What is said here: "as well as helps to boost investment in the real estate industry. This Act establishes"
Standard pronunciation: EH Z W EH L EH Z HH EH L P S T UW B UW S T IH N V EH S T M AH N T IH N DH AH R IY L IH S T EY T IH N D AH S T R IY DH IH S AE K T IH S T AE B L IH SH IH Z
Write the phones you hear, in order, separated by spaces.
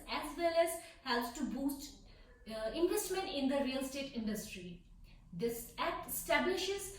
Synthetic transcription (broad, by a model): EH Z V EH L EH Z HH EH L S T UW B UW S T IH N V EH S T M AH N T IH N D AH R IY L S T EY T IH N D AH S T R IY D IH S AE T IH S T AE B L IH SH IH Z